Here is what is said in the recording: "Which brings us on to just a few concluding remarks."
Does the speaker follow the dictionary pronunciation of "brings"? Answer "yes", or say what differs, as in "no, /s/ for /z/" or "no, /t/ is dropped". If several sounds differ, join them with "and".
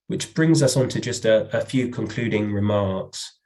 yes